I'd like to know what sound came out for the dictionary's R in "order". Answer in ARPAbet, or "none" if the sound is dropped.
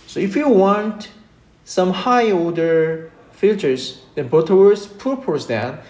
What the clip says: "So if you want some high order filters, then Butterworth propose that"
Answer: L